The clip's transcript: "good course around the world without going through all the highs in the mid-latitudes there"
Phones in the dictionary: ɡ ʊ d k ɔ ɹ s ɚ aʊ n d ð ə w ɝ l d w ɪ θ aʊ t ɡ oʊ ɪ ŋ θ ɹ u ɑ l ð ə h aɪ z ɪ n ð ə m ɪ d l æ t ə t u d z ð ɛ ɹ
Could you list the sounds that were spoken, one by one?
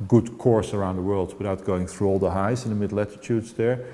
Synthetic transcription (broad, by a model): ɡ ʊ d k ɔ ɹ s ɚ aʊ n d ð ə w ɝ l d w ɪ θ aʊ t ɡ oʊ ɪ ŋ θ ɹ u ɑ l ð ə h aɪ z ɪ n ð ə m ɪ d l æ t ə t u d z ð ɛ ɹ